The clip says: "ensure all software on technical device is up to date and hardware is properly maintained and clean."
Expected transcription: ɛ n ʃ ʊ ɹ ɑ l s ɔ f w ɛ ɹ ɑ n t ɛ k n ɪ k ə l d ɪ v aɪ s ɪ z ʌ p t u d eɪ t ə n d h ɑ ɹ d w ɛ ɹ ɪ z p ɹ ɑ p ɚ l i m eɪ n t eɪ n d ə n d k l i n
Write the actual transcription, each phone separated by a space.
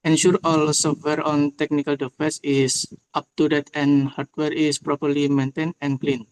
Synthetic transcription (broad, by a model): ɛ n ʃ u ɹ ɑ l s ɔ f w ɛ ɹ ɑ n t ɛ k n ɪ k ə l d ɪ f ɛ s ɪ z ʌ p t u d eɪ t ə n h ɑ ɹ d w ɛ ɹ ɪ s p ɹ ɑ p ɚ l i m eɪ n t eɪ n ə n k l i n